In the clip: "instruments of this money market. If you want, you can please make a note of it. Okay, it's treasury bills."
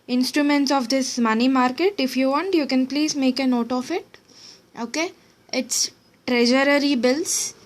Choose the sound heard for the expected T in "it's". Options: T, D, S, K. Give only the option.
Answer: T